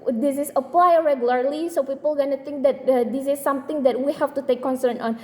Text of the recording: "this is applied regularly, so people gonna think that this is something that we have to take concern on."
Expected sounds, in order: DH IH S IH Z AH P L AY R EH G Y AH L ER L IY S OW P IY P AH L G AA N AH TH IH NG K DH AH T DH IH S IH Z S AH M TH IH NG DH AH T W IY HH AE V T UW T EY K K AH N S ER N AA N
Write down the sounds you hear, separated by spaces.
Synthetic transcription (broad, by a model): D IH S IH S AH P L AY R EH G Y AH L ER L IY S OW P IY P AH L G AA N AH T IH NG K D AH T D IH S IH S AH M T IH NG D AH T W IY HH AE F T UW T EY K K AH N S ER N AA N